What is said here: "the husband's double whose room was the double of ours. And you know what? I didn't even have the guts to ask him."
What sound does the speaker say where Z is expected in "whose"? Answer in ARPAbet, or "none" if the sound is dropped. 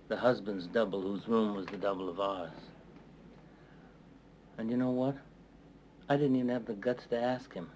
Z